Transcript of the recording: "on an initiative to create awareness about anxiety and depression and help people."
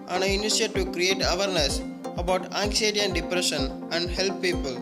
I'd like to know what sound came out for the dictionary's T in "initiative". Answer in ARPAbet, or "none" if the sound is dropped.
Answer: S